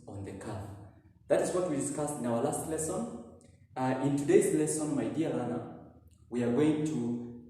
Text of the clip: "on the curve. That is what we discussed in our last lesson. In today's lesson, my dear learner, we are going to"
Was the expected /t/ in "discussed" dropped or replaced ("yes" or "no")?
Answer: no